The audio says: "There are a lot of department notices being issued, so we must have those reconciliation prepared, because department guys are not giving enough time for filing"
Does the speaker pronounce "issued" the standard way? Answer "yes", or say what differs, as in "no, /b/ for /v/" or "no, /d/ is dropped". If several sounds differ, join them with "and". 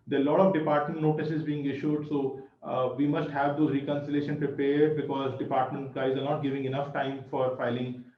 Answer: yes